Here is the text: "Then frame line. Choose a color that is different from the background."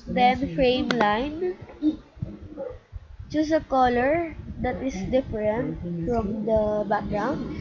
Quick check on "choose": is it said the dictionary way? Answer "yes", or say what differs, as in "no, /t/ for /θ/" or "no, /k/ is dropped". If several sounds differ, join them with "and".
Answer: no, /s/ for /z/